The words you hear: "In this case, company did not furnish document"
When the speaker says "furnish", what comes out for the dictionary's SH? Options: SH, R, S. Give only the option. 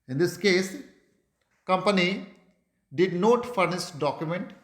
S